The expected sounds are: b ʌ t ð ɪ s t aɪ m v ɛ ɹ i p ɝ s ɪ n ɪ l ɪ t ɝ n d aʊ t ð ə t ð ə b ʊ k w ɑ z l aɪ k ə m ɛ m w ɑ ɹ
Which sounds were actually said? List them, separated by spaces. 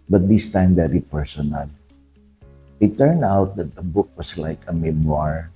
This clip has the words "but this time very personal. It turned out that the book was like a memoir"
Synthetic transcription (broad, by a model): b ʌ t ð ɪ s t aɪ m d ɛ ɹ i p ɝ s ɪ n ɪ l ɪ t ɝ n d aʊ t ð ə t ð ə b ʊ k w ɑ s l aɪ k ə m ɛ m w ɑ ɹ